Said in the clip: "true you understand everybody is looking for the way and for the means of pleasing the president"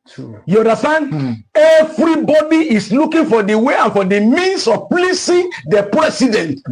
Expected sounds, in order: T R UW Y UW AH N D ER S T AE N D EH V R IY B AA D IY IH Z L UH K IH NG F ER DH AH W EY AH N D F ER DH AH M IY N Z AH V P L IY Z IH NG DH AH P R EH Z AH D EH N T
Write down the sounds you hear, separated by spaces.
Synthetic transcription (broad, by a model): Y UW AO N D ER S T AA N D EH V R IY B AA D IY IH S L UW K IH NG F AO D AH W EY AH N F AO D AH M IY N S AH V P L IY S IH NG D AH P R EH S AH D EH N T